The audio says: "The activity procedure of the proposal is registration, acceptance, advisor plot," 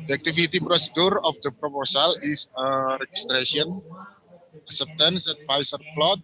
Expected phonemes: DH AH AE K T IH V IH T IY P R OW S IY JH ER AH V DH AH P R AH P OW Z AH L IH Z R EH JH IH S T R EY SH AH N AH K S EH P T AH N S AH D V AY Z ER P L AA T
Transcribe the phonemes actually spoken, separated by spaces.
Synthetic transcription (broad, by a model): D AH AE K T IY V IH T IY P R OW S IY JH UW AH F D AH P R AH P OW S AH L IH S R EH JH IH S T R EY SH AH N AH S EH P T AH N S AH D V AY S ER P L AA T